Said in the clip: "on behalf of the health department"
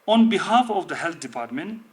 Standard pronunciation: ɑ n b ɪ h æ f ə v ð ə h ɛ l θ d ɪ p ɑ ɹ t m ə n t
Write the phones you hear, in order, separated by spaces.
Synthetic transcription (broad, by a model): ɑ n b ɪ h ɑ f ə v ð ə h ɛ l t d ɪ p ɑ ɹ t m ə n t